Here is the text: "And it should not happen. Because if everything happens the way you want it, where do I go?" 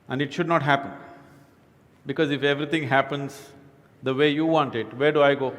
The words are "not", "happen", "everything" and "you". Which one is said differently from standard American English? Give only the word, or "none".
everything